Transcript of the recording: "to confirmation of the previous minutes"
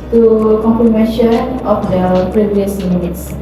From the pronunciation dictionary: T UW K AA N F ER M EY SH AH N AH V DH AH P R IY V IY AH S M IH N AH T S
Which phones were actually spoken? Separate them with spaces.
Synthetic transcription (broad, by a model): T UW K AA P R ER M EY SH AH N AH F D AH P R IY V IY AH S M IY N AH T S